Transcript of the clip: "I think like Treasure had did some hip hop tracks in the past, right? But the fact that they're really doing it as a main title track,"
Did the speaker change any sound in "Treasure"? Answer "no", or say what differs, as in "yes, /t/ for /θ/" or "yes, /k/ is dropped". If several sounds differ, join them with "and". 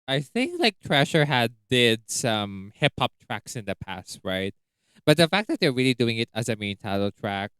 yes, /ʃ/ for /ʒ/